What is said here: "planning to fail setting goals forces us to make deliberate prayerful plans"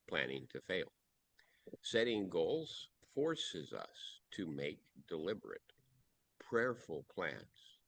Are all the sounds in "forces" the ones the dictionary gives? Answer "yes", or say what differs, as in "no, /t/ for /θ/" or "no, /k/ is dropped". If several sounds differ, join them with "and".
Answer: yes